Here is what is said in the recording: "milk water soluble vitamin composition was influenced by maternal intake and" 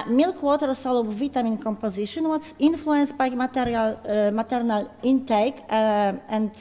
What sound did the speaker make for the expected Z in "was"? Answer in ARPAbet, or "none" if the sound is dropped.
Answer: S